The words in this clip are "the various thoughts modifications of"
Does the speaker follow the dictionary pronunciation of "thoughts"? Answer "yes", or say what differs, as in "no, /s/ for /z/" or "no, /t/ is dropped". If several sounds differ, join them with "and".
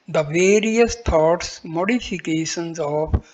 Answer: no, /t/ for /θ/